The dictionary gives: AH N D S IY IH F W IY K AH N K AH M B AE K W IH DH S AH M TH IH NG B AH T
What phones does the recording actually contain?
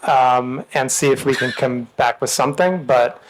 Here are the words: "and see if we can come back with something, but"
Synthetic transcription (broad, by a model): AH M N S IY IH F W IY K AH N K AH M B AE K W IH DH S AH M TH IH NG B AH T